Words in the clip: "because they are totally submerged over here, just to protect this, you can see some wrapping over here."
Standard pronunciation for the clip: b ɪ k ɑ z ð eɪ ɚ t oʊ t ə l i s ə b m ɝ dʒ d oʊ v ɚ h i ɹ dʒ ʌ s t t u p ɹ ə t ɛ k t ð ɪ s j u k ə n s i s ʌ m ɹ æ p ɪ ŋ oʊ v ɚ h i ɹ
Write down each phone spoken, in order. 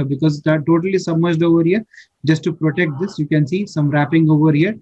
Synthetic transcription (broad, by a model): b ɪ k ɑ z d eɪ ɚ t oʊ t ə l i s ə m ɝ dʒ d oʊ v ɚ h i ɹ dʒ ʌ s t t u p ɹ ə t ɛ k t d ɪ s j u k ə n s i s ʌ m ɹ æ p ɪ ŋ oʊ v ɚ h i ɹ